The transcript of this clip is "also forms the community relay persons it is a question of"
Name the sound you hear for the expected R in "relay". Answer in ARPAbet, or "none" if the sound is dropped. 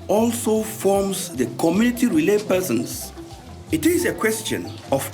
R